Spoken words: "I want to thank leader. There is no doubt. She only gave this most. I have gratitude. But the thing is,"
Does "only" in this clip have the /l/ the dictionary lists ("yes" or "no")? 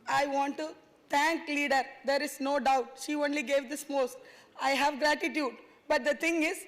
yes